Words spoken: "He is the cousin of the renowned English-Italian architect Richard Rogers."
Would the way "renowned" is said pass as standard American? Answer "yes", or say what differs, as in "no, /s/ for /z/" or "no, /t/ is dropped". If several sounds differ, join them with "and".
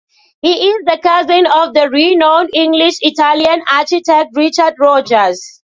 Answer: no, /d/ is dropped